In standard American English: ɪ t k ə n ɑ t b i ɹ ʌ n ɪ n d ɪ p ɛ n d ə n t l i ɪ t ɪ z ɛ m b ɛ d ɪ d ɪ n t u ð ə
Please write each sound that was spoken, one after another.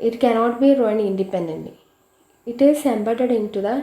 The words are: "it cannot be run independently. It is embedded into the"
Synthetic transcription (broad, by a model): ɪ t k ə n ɑ t b i ɹ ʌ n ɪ n d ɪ p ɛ n d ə n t i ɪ t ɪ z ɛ m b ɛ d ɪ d ɪ n t u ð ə